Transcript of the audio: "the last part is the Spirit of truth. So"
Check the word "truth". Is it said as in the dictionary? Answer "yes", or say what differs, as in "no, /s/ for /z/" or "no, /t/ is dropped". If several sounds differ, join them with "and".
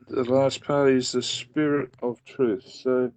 yes